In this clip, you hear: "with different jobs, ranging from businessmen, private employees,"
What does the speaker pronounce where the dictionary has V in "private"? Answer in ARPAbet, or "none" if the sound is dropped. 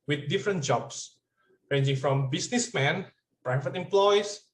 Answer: F